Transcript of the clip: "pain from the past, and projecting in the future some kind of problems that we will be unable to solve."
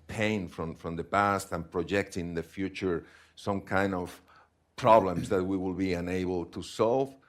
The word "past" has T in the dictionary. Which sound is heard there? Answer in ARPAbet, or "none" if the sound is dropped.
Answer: T